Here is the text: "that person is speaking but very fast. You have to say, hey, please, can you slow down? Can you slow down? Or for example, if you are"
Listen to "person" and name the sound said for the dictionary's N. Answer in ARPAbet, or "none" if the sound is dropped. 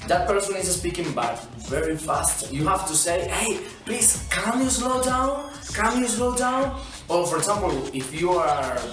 N